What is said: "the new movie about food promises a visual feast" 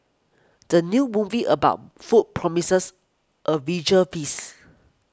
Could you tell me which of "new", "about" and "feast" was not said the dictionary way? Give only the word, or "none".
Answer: feast